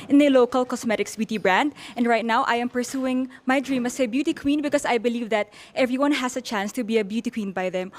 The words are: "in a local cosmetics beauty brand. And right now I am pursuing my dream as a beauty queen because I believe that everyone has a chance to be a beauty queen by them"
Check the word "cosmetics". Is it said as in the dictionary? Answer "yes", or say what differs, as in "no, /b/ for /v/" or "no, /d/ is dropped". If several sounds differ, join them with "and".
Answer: no, /s/ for /z/